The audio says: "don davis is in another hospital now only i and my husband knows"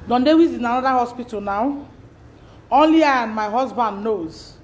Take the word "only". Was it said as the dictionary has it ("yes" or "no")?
yes